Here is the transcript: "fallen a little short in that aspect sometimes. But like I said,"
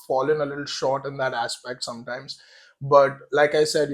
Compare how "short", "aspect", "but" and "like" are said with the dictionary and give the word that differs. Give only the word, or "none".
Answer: none